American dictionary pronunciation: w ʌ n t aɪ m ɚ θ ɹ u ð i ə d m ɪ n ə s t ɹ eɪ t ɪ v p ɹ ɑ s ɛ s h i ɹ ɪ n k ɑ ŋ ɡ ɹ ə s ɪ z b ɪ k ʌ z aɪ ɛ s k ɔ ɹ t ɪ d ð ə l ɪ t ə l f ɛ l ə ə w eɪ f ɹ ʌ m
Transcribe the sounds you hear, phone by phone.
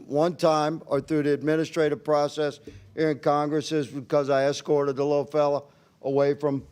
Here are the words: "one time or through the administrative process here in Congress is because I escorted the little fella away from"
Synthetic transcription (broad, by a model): w ʌ n t aɪ m ɚ θ ɹ u ð i ə d m ɪ n ə s t ɹ eɪ t ɪ v p ɹ ɑ s ɛ s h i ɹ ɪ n k ɑ ŋ ɡ ɹ ə s ɪ z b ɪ k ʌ z aɪ ɛ s k ɔ ɹ t ɪ d ð ə l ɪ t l f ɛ l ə ə w eɪ f ɹ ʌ m